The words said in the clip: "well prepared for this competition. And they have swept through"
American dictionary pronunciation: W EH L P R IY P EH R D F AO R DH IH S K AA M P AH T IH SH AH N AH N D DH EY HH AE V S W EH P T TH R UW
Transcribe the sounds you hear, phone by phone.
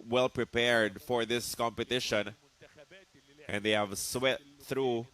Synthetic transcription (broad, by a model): W EH L P R IY P EH R D F AO R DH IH S K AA M P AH T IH SH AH N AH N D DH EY HH AE V S W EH T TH R UW